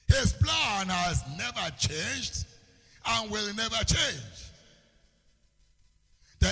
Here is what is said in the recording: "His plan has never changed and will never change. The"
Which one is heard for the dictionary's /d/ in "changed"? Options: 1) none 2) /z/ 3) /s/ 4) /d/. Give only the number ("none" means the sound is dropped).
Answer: 4